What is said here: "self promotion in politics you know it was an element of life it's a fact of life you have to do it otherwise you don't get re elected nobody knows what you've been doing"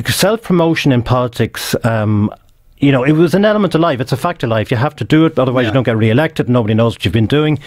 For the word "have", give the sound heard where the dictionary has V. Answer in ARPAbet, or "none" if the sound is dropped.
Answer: F